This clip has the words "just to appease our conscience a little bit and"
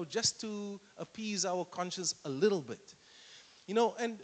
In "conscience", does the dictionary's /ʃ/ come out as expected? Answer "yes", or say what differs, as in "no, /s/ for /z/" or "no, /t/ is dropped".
yes